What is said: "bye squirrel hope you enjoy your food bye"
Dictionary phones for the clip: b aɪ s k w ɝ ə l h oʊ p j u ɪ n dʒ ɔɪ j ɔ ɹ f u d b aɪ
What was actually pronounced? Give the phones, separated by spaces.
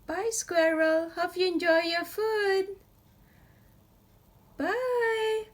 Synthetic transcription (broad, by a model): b aɪ s k w ɝ ə l h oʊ f j u ɪ n dʒ ɔɪ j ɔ f u d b aɪ